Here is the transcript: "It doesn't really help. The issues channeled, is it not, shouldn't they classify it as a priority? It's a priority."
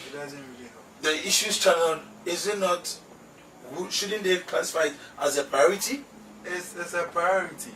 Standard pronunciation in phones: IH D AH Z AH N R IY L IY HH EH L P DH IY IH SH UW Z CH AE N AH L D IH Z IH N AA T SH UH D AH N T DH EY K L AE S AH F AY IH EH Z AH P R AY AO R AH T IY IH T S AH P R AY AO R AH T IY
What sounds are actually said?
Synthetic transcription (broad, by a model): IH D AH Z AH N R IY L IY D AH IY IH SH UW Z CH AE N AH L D IH Z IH N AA T SH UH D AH N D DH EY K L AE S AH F AY IH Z AH P R AY AO R AH T IY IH S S AH P R AY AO R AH T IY